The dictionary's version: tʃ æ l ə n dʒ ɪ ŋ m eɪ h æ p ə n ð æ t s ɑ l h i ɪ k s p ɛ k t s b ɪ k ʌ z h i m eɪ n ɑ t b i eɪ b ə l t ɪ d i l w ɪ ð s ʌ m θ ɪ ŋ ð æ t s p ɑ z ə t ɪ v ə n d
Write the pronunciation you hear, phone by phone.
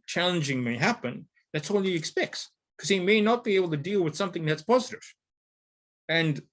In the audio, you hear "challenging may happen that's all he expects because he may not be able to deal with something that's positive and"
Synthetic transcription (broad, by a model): tʃ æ l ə n dʒ ɪ ŋ m eɪ h æ p ə n ð æ t s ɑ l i ɪ k s p ɛ k t s k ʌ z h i m eɪ n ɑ t b i eɪ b l t ɪ d i l w ɪ ð s ʌ m θ ɪ ŋ ð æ t s p ɑ z ə t ɪ v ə n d